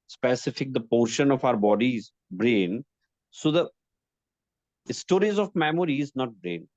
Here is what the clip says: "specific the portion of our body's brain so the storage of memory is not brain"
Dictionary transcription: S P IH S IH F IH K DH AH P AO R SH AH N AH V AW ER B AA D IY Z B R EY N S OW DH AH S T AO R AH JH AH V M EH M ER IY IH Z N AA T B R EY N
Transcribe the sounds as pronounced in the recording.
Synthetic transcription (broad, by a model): S P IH S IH F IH K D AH P AO R SH AH N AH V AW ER B AA D IY Z B R EY N S OW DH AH S T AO R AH Z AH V M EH M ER IY IH Z N AA T B R EY N